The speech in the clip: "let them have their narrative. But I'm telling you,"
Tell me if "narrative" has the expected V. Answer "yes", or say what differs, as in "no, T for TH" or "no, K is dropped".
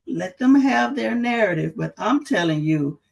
yes